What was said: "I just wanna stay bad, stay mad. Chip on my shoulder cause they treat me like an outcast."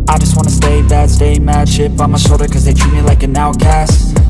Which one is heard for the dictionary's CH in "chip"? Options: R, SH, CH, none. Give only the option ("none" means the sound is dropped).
SH